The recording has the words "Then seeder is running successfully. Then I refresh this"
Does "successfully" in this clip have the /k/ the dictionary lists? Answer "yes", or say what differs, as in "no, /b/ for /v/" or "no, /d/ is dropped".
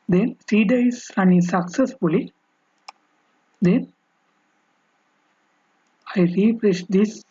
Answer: yes